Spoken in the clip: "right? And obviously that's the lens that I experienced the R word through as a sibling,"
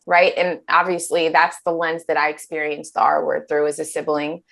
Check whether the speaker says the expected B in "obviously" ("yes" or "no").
yes